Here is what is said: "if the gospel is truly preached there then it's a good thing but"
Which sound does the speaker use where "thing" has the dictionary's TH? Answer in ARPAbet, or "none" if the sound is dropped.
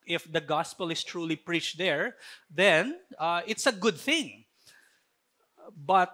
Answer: TH